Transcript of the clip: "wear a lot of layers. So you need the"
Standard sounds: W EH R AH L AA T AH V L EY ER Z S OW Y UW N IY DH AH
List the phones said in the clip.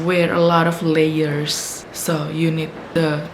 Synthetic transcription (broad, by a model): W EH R AH L AA T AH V L EY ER S OW Y UW N IY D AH